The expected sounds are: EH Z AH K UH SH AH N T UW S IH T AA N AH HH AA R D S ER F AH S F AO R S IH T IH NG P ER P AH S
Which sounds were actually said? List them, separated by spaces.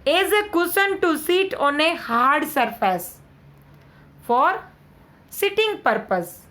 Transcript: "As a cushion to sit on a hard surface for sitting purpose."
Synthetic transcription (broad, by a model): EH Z AH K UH S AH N T UW S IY T AA N AH HH AA R D S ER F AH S F AO R S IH T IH NG P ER P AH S